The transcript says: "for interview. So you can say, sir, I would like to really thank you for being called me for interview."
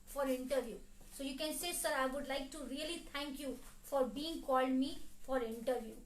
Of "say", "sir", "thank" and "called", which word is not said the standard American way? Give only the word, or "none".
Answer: thank